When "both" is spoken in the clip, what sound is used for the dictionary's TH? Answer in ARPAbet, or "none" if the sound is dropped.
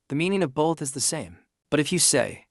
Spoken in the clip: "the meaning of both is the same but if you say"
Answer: TH